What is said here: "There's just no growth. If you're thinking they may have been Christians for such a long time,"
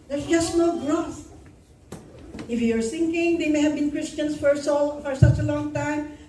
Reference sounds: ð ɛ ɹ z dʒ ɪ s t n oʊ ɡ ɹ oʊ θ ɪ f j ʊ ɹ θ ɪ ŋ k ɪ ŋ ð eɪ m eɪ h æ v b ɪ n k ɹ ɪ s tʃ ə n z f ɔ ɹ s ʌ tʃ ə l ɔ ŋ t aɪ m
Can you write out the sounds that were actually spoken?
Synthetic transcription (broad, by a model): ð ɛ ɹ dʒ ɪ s n oʊ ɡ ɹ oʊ t ɪ f j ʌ ɹ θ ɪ ŋ k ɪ ŋ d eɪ m eɪ h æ v b ɪ n k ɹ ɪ s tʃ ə n s f ɔ ɹ s ʌ tʃ ə l ɔ ŋ t aɪ m